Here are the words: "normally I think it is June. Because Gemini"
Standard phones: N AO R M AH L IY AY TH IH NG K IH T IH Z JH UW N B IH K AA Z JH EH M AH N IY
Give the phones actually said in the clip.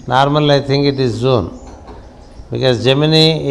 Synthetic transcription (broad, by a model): N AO R M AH L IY AY T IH NG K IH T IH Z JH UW N B IH K AA Z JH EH M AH N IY